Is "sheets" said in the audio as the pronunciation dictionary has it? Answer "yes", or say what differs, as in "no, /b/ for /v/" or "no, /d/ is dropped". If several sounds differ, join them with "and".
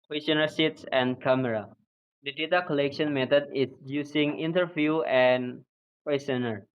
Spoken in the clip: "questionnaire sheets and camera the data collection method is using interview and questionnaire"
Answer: no, /s/ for /ʃ/